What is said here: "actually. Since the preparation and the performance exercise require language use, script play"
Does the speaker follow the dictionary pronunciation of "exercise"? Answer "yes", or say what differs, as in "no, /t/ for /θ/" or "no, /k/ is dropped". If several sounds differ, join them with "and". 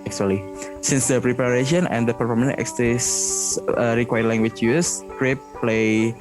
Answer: no, /z/ is dropped